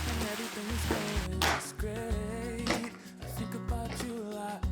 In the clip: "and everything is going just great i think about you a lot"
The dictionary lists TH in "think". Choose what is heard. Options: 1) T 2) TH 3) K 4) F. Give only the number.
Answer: 2